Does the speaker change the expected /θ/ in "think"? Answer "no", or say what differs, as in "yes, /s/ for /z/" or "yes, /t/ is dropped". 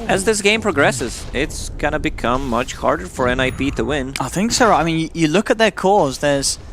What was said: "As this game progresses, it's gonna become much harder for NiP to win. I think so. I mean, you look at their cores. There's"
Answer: no